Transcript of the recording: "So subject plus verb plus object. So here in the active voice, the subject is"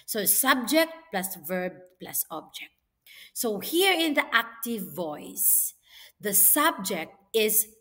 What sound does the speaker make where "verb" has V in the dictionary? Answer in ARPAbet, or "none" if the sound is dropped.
V